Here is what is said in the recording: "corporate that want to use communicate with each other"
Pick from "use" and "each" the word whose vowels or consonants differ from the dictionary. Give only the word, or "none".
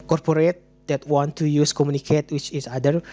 each